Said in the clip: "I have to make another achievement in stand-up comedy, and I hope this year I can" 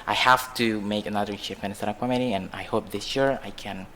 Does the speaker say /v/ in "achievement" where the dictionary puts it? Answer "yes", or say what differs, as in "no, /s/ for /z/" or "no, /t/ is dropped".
no, /p/ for /v/